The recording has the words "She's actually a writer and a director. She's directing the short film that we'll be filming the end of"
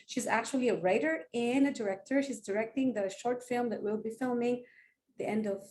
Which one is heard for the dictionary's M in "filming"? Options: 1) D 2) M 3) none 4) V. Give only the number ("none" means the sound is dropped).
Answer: 2